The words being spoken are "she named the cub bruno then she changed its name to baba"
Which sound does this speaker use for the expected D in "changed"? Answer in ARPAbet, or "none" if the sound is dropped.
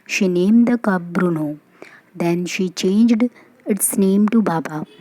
D